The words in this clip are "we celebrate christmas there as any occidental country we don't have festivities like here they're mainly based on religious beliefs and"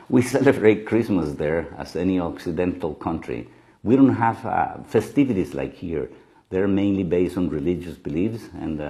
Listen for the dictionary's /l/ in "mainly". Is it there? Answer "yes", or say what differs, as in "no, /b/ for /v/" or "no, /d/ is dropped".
yes